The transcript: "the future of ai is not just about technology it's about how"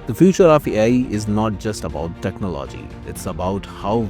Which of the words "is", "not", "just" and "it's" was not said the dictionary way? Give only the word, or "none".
none